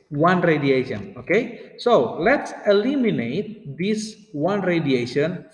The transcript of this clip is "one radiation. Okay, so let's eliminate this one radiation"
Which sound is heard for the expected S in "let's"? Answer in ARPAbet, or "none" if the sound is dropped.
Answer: S